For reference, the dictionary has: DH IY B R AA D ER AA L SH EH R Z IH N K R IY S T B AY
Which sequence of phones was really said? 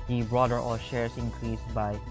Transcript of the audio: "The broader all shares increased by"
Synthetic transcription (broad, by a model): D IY B R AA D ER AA SH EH R S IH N K R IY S B AY